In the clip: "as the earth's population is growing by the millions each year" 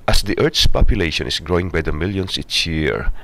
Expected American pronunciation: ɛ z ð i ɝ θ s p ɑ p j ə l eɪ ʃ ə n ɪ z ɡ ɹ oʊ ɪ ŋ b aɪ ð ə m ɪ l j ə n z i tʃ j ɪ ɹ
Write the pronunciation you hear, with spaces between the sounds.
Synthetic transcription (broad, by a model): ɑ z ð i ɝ t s p ɑ p j ə l eɪ ʃ ə n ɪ s ɡ ɹ oʊ ɪ ŋ b aɪ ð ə m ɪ l j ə n s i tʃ j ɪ ɹ